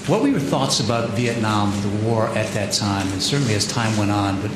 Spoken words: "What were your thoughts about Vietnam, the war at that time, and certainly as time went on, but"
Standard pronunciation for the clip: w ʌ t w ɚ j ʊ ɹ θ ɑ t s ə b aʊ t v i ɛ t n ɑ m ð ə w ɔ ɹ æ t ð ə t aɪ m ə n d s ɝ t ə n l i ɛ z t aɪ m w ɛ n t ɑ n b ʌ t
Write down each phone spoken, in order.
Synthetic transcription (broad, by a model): w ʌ t w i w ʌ ɹ θ ɑ t s ə b aʊ t v i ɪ t n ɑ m ð ə w ɔ ɹ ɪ t ð ə t aɪ m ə n s ɝ t n l i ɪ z t aɪ m w ɛ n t n b ʌ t